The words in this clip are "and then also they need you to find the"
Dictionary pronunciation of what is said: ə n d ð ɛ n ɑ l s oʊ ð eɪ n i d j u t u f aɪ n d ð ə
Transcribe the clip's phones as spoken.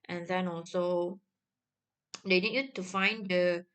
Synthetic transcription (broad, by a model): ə n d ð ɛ n ɑ l s oʊ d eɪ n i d j u t u f aɪ n d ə